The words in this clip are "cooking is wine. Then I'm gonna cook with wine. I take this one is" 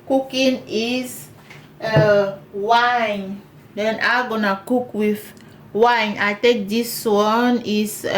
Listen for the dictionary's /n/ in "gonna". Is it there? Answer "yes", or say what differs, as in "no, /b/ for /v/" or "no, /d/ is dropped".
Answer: yes